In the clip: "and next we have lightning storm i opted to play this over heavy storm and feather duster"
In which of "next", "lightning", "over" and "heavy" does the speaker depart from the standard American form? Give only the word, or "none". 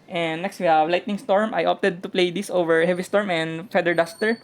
none